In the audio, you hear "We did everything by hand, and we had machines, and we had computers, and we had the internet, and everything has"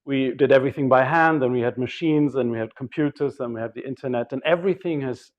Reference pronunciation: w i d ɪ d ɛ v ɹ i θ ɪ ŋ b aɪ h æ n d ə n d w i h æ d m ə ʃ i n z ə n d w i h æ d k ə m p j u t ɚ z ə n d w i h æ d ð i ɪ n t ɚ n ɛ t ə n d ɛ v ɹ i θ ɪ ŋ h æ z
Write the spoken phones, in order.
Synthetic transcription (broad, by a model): w i d ɪ d ɛ v ɹ i θ ɪ ŋ b aɪ h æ n d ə n w i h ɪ d m ə ʃ i n z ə n w i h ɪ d k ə m p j u t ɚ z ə n w i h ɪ d ð i ɪ n t ɚ n ɛ t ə n ɛ v ɹ i θ ɪ ŋ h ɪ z